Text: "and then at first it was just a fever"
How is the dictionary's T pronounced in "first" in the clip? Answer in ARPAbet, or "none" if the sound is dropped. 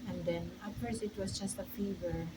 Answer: none